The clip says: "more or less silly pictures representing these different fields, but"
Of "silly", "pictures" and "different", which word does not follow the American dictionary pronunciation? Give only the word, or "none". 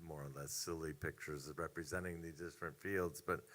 none